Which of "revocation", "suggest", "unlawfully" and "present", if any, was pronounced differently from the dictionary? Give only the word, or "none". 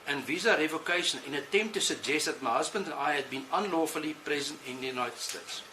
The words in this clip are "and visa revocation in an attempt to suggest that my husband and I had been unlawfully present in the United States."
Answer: revocation